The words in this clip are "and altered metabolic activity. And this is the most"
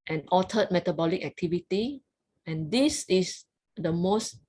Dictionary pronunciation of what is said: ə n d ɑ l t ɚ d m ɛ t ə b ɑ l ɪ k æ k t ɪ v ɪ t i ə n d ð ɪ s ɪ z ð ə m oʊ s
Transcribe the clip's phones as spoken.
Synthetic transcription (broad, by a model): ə n ɑ t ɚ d m ɛ t ə b ɑ l ɪ k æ k t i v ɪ t i ə n d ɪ s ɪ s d ə m oʊ s